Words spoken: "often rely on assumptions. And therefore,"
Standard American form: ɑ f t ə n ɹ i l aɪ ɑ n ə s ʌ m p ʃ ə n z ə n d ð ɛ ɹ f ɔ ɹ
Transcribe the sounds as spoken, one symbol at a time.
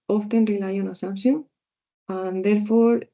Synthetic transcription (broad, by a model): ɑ f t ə n ɹ i l aɪ ɑ n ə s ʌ m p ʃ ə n ə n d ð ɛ ɹ f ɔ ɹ